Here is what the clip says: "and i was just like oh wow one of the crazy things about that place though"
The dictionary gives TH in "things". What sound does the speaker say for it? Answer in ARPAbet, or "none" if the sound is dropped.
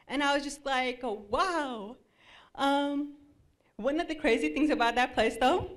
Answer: TH